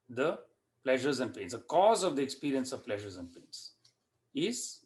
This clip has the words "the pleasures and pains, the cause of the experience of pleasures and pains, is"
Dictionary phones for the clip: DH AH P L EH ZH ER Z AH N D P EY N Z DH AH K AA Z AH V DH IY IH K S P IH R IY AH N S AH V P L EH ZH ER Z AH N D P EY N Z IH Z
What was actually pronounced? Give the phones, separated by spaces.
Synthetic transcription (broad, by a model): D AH P L EH ZH ER Z AH N D P EY N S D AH K AA Z AH V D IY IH K S P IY R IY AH N S AH V P L EH ZH ER Z AH N D P EY N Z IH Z